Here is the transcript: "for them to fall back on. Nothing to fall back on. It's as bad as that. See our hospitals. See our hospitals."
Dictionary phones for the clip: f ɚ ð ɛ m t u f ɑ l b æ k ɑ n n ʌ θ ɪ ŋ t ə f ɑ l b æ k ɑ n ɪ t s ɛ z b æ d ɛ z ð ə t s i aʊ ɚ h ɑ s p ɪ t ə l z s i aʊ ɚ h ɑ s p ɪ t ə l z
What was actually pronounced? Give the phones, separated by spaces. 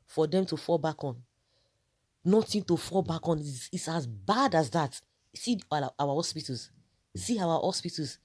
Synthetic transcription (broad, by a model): f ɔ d ɛ m t u f ɑ l b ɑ k ɑ n n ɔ t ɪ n t ə f ɑ l b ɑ k ɑ n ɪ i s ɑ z b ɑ d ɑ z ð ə t s i aʊ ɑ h ɑ s p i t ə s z s i aʊ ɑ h ɑ s p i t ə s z